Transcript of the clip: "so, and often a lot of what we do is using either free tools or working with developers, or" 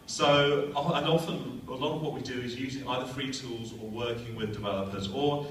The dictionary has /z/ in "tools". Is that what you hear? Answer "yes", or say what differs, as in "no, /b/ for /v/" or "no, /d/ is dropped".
yes